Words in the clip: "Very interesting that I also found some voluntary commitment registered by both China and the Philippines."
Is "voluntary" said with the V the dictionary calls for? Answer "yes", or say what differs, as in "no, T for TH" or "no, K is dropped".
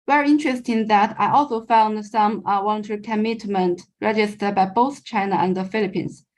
no, W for V